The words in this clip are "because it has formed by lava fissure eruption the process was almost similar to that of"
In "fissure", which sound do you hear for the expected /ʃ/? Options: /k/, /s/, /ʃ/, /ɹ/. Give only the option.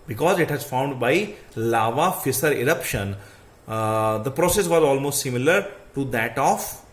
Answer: /s/